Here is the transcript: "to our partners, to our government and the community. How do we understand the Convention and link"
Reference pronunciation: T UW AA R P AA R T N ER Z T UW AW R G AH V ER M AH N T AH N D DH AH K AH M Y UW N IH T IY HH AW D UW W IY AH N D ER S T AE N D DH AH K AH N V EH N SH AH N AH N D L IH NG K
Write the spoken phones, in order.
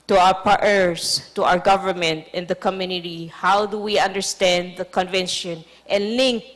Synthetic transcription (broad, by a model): T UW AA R P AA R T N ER S T UW AW R G AH V ER M AH N T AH N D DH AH K AH M Y UW N IH T IY HH AW D UW W IY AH N D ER S T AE N D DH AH K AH N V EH N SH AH N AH N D L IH NG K